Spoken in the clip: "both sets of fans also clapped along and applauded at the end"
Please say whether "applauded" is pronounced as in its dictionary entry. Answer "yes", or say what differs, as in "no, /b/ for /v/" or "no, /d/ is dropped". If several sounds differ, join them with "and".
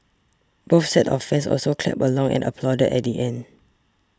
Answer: yes